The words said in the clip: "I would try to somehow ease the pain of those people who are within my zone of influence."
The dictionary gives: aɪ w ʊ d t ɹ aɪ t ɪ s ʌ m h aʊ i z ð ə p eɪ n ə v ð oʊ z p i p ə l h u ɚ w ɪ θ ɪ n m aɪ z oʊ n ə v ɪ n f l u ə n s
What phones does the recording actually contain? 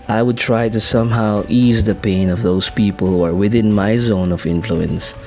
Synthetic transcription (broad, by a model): aɪ w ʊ d t ɹ aɪ t ɪ s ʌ m h aʊ i z ð ə p eɪ n ə v ð oʊ z p i p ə l h u ɚ w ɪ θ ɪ n m aɪ z oʊ n ə v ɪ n f l u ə n s